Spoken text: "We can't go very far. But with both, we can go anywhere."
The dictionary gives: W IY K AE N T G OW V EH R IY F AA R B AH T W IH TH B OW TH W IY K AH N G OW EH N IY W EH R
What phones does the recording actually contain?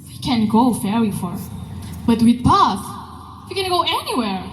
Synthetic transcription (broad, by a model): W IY K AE N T G OW F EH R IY F AA R B AH T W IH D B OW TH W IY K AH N G OW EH N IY W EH R